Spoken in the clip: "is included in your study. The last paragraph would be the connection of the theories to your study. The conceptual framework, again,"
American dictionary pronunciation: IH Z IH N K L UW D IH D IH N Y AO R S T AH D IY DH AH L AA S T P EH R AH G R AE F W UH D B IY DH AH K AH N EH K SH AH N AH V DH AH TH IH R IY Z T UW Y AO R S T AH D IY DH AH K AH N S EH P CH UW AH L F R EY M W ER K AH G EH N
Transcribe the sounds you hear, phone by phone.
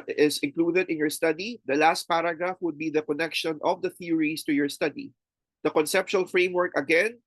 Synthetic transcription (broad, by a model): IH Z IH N K L UW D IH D IH N Y AO R S T AH D IY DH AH L AA S T P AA R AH G R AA F W UH D B IY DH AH K AH N EH K SH AH N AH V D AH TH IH R IY S T UW Y AO R S T AH D IY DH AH K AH N S EH P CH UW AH L F R EY M W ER K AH G EH N